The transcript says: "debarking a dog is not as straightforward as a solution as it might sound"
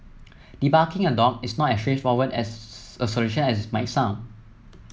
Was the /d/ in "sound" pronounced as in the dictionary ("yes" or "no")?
no